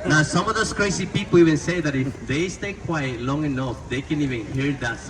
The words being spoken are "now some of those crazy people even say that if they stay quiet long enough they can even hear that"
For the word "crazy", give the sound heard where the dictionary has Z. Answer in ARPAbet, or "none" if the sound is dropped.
S